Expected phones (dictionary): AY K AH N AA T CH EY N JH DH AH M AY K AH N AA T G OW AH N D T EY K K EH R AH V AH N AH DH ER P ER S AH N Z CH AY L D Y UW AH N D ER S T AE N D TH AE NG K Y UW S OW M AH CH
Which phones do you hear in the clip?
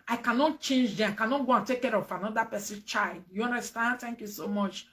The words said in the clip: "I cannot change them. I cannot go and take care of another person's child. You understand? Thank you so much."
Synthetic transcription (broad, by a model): AY K AH N AA T CH EY N JH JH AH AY K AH N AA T G OW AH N T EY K K EH R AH F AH N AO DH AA P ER S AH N CH AY L D Y UW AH N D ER S T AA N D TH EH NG K Y UW S OW M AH CH